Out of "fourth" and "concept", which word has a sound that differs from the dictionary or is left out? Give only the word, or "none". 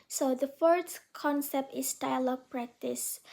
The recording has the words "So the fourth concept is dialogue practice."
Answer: fourth